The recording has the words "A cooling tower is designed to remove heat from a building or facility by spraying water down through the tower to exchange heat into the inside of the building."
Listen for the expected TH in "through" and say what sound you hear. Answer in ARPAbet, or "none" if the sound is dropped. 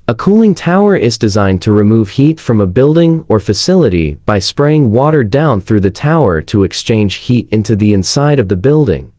TH